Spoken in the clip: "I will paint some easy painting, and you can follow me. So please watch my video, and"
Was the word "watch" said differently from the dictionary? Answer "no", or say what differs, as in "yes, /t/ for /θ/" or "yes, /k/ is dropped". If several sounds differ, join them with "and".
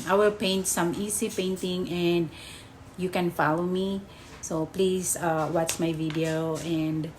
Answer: yes, /s/ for /tʃ/